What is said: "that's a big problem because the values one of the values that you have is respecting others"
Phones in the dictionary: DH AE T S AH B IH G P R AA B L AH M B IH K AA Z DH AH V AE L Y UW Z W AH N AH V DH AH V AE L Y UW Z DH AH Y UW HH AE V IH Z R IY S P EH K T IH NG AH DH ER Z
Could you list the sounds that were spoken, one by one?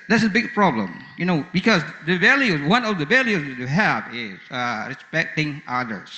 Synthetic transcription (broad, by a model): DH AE T S AH B IH G P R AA B L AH M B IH K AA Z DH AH V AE L Y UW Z W AH N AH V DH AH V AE L Y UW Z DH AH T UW HH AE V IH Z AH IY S B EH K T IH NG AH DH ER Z